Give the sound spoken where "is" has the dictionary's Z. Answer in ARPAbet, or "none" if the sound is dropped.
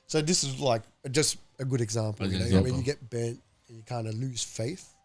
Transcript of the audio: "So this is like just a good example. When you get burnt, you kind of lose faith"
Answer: Z